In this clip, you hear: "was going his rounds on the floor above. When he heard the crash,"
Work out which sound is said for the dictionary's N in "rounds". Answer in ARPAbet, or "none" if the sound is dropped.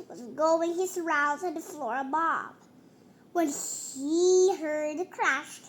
none